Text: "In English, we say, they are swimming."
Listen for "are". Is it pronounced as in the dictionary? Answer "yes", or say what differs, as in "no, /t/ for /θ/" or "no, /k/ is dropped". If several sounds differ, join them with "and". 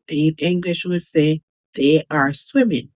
yes